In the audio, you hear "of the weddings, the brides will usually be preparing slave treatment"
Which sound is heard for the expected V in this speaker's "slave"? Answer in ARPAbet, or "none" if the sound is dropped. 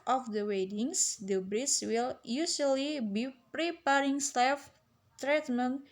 F